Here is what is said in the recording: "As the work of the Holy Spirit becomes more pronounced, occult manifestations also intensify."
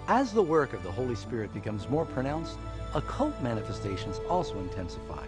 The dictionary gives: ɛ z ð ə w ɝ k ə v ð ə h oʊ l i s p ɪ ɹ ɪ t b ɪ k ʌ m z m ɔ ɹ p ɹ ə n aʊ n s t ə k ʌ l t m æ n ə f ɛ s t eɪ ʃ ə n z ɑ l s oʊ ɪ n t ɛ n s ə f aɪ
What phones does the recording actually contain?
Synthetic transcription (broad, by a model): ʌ z ð ə w ɝ k ə v ð ə h oʊ l i s p ɪ ɹ ɪ t b ɪ k ʌ m z m ɔ ɹ p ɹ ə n aʊ n s t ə k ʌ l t m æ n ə f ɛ s t eɪ ʃ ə n z ɑ l s oʊ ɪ n t ɛ n s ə f aɪ